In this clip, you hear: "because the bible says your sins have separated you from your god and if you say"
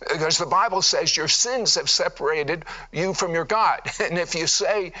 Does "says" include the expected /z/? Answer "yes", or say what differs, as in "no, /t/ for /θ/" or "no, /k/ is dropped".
yes